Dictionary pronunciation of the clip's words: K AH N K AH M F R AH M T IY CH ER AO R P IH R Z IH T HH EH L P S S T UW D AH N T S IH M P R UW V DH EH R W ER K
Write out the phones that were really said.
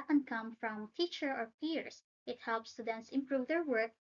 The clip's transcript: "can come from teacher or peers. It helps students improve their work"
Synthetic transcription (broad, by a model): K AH N K AH M F R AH M T IY CH ER AO R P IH R S IH T HH EH L P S S T UW D AH N T S IH M P R UW V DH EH R W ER K